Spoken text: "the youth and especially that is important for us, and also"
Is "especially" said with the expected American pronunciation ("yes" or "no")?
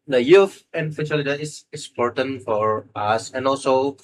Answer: no